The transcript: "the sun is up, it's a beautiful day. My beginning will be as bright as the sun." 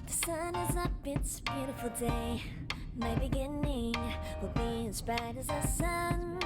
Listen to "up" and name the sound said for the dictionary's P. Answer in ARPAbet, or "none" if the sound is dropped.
B